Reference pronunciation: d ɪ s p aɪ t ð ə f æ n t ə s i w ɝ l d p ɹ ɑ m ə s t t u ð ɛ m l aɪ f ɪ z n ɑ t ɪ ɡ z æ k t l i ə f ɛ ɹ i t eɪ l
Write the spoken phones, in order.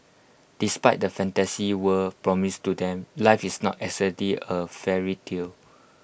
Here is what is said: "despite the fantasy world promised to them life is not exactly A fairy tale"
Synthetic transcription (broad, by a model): d ɪ s p aɪ t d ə f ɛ n t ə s i w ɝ p ɹ ɑ m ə s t t u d ɛ m l aɪ f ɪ s n ɑ t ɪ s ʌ t l i ə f ɛ ɹ i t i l